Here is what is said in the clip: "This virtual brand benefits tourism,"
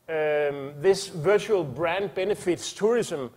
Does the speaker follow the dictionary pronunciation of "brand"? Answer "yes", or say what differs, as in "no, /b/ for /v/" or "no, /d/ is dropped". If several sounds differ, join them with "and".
yes